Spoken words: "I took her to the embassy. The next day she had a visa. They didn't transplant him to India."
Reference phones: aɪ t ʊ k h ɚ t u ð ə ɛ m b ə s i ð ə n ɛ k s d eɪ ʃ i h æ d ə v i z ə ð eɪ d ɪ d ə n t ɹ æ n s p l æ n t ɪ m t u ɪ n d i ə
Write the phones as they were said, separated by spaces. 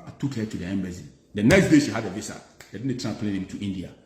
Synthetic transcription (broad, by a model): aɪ t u k h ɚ t u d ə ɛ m b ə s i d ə n ɛ k s d eɪ ʃ i h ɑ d ə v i s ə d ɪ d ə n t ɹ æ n p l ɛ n ɪ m t u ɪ n d i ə